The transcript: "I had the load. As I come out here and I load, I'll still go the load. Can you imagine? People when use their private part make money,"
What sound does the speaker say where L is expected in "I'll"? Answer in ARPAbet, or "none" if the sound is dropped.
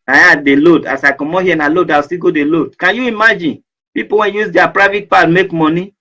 W